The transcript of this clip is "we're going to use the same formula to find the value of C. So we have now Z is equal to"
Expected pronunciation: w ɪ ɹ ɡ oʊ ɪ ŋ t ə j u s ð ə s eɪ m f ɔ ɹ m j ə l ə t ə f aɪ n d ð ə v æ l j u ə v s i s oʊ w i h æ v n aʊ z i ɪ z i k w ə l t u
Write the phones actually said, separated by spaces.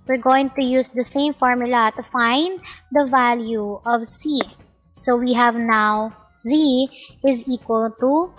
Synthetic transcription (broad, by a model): w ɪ ɹ ɡ oʊ ɪ ŋ t ə j u s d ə s eɪ m f ɔ ɹ m j ə l ə t ə f aɪ n d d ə v æ l j u ə v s i s oʊ w i h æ v n aʊ z i ɪ z i k w ə l t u